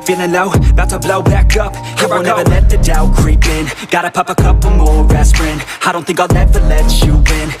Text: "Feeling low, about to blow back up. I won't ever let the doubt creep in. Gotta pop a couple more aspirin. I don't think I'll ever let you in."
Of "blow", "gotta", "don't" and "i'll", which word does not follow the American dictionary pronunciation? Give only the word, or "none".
i'll